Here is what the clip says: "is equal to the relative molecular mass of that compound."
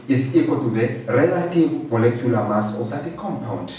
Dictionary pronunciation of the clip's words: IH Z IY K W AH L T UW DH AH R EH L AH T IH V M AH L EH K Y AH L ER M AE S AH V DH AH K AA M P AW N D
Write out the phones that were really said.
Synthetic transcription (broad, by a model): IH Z IY K W AH L T UW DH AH R EH L AH T IH V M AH L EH K Y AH L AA M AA S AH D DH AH K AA M P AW N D